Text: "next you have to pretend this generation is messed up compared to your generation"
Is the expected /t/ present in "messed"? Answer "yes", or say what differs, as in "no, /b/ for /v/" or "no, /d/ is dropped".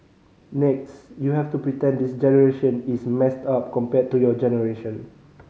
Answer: yes